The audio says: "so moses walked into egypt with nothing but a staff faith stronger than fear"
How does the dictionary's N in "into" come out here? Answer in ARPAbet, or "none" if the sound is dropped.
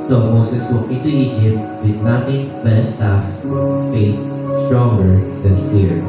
none